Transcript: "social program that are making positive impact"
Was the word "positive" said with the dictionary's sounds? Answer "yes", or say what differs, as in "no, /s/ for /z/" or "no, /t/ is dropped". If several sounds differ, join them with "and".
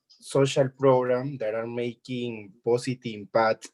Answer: no, /s/ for /z/